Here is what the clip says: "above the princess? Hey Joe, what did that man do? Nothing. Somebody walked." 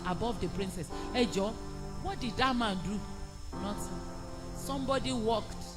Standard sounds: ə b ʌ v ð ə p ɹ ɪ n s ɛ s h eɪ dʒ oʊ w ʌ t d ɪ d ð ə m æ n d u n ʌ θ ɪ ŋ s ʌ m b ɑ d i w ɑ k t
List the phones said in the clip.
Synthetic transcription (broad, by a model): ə b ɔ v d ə p ɹ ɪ n s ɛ s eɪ dʒ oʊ w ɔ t d ɪ d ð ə m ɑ n d u n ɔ s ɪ s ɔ m b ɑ d i w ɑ k t